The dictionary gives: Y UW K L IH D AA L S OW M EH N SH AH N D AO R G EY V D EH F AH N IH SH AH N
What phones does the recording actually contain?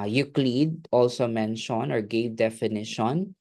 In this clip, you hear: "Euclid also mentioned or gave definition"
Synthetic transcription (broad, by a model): Y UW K L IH D AA L S OW M EH N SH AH N AO R G EY V D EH F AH N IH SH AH N